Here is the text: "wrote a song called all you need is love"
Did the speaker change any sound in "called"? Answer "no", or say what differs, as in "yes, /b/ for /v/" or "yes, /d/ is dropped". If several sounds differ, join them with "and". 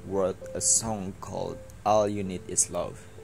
no